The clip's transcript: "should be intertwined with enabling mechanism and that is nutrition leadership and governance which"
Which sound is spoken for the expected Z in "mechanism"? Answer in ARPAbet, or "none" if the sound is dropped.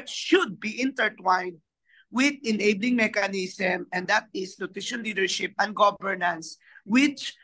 S